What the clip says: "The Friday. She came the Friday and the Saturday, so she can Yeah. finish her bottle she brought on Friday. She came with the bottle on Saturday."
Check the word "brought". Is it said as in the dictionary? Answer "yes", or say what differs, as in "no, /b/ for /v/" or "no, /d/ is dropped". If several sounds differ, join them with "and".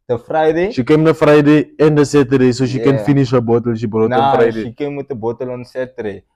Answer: no, /t/ is dropped